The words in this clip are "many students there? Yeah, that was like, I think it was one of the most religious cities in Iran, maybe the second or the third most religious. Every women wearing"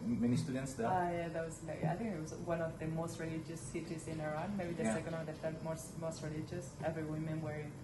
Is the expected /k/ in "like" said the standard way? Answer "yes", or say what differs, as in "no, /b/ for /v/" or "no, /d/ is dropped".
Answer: no, /k/ is dropped